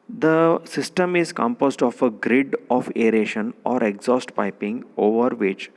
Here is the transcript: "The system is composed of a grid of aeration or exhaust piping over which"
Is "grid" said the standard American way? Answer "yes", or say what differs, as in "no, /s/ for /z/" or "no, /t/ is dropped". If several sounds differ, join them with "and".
yes